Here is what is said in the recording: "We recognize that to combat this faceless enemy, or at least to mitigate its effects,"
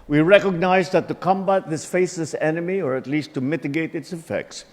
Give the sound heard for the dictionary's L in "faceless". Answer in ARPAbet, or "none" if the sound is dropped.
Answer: none